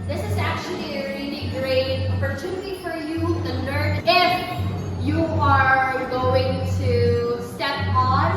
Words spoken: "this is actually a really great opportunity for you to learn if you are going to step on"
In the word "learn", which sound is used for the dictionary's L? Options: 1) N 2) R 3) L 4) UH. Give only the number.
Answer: 1